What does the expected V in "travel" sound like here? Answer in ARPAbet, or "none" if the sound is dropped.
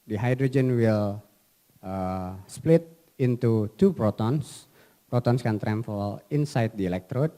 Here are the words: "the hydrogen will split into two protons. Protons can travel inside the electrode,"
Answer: F